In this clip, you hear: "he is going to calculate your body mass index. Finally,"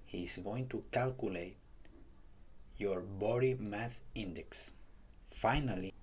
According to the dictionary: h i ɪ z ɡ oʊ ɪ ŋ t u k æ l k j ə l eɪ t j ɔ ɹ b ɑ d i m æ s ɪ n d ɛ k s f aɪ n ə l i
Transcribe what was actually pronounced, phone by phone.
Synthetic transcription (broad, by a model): h i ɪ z ɡ oʊ ɪ ŋ t u k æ l k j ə l eɪ t j ɔ ɹ b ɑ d i m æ θ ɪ n d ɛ k s f aɪ n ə l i